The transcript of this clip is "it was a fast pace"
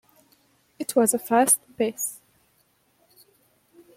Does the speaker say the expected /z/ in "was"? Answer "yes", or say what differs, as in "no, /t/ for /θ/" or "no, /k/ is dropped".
yes